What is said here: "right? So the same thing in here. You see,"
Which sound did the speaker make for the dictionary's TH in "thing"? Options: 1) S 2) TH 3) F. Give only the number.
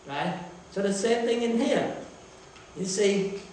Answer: 2